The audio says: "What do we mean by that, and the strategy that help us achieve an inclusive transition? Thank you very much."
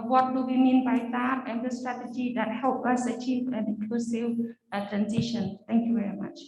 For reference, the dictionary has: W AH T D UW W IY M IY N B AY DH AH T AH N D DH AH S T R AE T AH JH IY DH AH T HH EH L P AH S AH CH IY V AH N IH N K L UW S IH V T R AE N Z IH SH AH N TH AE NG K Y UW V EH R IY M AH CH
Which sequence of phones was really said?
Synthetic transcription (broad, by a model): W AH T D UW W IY M IY N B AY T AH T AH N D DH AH S T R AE T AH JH IY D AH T HH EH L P AH S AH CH IY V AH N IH K UW S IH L T R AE N S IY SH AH N T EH NG K Y UW V EH R IY M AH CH